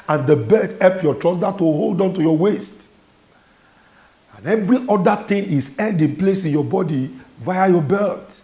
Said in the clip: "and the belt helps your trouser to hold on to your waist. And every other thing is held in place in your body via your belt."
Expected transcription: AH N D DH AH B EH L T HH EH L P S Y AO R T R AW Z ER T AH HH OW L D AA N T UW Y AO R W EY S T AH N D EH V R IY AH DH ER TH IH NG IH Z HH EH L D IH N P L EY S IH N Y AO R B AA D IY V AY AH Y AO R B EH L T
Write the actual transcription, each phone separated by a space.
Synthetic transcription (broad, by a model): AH N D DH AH B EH T HH EH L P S Y AO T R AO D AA T AH HH OW L D AA N T UW Y AO W EY S T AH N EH V R IY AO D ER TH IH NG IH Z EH N D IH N P L EY S IH N Y AO B AA D IY V AY AH Y AO B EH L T